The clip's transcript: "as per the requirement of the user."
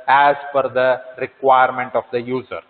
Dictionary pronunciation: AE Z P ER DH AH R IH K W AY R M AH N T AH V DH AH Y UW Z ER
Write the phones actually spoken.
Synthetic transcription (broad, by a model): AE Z F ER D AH R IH K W AY R M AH N T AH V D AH Y UW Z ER